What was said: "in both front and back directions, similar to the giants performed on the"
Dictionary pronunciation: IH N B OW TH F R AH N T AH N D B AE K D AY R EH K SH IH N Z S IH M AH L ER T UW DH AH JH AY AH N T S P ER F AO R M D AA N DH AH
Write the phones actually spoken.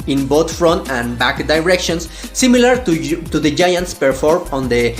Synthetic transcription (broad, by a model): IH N B OW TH F R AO N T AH N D B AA K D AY R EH K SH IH N S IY M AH L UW T UW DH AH JH AY AH N T S P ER F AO R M AA N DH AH